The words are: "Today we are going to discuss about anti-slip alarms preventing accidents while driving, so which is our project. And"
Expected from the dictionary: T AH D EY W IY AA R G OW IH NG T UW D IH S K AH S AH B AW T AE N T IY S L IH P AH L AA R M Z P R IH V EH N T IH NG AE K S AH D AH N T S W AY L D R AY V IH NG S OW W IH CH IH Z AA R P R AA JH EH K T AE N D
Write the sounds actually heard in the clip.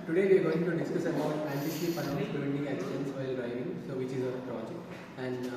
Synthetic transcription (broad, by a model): T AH D EY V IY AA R G OW IH NG T UW D IH S K AH S AH B AW T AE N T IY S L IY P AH N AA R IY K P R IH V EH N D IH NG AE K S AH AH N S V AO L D R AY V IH NG S OW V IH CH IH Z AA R P R AA JH EH K T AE N D